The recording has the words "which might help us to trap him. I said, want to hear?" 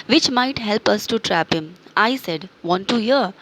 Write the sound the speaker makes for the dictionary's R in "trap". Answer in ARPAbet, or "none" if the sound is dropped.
R